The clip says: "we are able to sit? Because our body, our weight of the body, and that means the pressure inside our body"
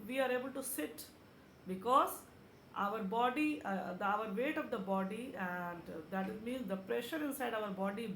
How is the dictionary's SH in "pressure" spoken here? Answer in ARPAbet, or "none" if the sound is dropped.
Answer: SH